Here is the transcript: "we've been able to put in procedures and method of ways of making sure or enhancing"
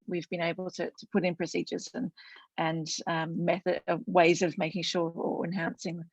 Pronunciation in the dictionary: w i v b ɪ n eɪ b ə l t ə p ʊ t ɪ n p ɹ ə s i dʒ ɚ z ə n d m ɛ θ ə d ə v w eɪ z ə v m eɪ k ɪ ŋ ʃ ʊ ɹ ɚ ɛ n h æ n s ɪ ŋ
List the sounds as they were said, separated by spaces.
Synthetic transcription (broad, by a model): w i v b ɪ n eɪ b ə l t ə p ʊ t ɪ n p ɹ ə s i dʒ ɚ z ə n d m ɛ θ ə d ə w eɪ z ə v m eɪ k ɪ ŋ ʃ ʊ ɹ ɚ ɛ n h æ n s ɪ ŋ